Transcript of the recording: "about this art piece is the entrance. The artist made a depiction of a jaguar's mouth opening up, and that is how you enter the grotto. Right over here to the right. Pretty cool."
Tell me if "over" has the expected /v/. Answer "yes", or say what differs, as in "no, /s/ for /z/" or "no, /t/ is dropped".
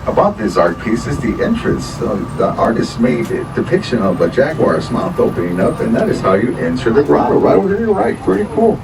no, /v/ is dropped